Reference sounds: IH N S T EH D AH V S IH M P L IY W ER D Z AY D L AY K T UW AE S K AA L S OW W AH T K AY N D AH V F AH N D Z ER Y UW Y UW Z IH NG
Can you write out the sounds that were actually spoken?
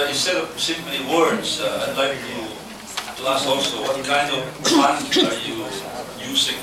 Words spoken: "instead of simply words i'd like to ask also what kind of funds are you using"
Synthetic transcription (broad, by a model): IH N S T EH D AH V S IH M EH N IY W ER D Z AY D L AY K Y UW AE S AA L S OW W AH T K AY N D AH V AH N ER Y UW Y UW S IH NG